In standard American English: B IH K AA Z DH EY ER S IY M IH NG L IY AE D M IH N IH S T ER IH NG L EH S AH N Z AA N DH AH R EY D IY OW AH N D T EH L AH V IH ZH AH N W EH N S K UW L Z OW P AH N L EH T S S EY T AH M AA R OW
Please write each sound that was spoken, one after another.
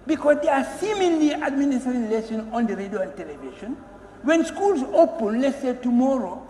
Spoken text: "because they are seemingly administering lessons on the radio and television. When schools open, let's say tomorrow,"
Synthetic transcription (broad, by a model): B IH K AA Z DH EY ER S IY M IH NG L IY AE D M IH N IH S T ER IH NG L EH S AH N AA N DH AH R EY D IY OW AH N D T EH L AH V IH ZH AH N W EH N S K UW L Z OW P AH N L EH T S S EY T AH M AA R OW